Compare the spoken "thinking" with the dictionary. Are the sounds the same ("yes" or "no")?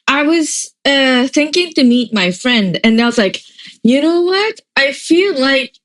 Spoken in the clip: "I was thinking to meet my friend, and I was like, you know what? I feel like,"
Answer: yes